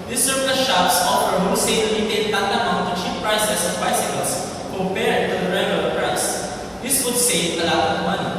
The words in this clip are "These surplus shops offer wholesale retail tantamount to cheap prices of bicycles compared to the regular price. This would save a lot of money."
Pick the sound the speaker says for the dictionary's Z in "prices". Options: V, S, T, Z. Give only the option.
S